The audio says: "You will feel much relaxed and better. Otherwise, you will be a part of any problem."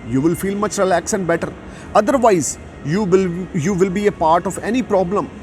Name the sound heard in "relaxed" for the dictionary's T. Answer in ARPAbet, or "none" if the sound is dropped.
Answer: none